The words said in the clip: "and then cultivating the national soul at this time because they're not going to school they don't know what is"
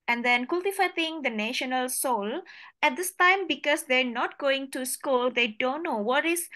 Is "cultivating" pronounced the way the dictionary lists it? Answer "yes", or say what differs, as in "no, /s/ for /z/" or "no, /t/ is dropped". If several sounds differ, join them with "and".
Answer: no, /f/ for /v/